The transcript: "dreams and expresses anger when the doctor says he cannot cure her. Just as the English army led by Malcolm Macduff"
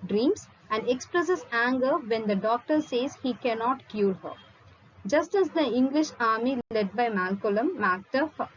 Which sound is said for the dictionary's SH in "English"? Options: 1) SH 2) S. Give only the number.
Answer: 1